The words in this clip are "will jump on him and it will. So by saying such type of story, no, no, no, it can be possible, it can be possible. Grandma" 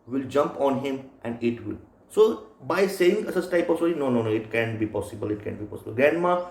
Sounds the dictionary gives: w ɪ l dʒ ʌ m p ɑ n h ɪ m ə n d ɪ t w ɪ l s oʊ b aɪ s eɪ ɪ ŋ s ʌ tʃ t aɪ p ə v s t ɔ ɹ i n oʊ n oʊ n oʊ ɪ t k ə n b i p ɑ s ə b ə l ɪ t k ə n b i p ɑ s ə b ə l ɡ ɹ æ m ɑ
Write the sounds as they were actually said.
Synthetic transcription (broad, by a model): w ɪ l dʒ ʌ m p ɑ n h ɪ m ə n d ɪ t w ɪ l s oʊ b aɪ s eɪ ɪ ŋ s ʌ s t aɪ p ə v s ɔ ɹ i n oʊ n oʊ n oʊ ɪ t k ə n b i p ɑ s ə b ə l ɪ t k ə n b i p ɑ s ə b ə l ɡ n m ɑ